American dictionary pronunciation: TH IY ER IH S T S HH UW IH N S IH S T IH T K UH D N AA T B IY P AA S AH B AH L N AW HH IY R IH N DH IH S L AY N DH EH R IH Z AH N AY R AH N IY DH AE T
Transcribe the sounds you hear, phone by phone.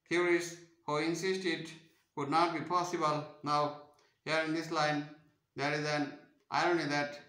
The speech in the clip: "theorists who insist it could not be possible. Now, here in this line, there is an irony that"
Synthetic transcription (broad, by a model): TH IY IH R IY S HH UW IH N S IH S T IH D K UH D N AA T B IY P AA S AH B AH L N AW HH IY R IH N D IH S L AY N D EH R IH Z AH N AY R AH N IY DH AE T